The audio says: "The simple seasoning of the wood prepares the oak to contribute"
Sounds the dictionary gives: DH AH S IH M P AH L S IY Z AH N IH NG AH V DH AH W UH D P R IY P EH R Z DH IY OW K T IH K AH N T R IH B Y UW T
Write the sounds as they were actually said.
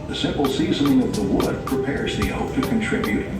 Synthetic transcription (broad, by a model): DH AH S IH M P L S IY Z AH N IH NG AH V DH AH W UH D P R IY P EH R Z DH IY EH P T IH K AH N T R IH B Y UW T